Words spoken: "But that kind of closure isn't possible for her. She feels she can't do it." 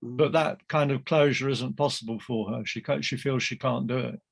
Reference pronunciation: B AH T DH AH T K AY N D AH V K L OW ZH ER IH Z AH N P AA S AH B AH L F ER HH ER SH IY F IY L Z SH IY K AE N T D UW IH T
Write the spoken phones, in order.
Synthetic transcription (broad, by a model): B AH T DH AH T K AY N D AH V K L OW ZH ER IH Z AH N P AA S AH B AH L F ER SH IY SH IY F IY L Z SH IY K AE N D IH IH T